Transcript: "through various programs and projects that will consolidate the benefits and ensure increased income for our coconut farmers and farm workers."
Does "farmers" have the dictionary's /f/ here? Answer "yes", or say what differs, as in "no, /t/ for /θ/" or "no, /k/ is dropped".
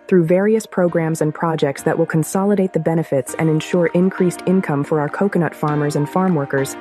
yes